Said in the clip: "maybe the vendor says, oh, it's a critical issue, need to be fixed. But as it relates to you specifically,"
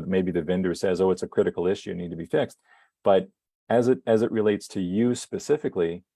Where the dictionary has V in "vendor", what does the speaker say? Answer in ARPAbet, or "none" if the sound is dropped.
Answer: V